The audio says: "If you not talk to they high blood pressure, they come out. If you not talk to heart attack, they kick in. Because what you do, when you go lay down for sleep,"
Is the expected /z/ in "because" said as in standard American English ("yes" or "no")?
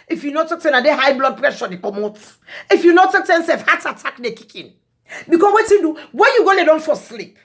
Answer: no